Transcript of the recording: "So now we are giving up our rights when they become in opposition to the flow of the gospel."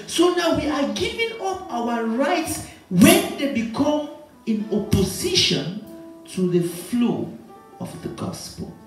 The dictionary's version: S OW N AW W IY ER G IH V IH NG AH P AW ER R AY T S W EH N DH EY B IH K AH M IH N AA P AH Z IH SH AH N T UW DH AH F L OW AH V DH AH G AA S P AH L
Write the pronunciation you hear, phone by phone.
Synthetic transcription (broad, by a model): S OW N AW W IY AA G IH V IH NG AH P AW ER R AY T S W EH N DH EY B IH K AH M IH N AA P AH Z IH SH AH N T UW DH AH F L OW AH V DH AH G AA S P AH L